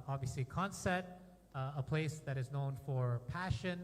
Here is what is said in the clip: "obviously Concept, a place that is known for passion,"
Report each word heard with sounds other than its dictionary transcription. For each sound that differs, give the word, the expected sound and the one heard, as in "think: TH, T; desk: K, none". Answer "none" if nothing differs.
concept: P, none